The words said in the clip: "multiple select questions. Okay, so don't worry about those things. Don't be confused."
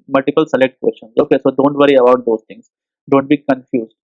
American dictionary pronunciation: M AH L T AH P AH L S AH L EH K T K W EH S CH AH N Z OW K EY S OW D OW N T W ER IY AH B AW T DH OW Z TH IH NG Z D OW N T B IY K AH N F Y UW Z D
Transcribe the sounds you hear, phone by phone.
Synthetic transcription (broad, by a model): M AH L T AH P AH L S AH L EH K T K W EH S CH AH N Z OW K EY S OW D OW N T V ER IY AH B AW T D OW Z T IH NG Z D OW N T B IY K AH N F Y UW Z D